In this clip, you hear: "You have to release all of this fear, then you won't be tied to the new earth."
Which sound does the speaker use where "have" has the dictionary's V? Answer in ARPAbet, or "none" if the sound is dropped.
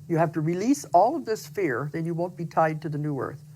F